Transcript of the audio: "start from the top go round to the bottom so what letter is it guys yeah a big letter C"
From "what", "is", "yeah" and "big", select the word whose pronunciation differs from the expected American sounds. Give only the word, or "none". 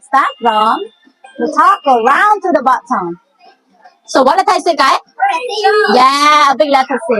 is